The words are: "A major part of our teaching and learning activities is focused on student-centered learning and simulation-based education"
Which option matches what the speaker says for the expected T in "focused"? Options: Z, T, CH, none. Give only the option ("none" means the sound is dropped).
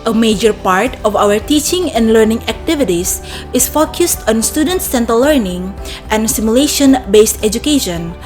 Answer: T